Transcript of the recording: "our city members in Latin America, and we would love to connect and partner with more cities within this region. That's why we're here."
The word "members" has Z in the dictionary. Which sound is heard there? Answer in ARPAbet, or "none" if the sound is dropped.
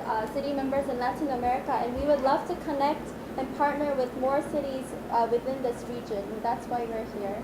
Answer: Z